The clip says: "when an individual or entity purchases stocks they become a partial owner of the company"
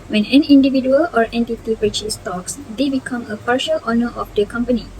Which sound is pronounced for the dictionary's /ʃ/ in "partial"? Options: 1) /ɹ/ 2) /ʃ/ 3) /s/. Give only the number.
2